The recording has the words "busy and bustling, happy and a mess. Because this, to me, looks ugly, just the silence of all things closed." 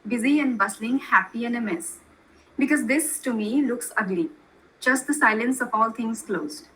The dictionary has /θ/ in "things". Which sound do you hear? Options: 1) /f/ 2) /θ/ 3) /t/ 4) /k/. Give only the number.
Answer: 3